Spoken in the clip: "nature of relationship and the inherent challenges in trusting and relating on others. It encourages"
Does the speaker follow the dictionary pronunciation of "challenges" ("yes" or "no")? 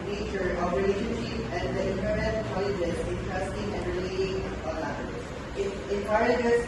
no